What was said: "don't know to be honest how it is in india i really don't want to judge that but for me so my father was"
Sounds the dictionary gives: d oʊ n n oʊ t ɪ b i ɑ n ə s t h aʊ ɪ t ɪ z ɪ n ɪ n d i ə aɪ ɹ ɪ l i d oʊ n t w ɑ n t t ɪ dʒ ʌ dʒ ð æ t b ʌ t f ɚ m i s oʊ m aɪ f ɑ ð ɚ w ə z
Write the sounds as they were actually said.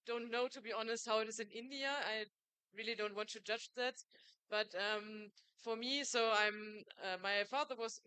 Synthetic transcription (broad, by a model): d oʊ n n oʊ t ɪ b i ɑ n ə s t h aʊ ɪ t ɪ z ɪ n ɪ n d i ə aɪ ɹ ɪ l i d oʊ n t w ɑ n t t ɪ dʒ ʌ dʒ ð æ t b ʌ t f ɚ m i s oʊ m aɪ f ɑ ð ɚ w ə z